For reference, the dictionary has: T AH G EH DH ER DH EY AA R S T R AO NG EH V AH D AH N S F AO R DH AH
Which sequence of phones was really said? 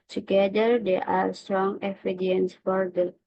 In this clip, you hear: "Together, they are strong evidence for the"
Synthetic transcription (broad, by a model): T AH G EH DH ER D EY AA R S T R AO NG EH F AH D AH N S F AO R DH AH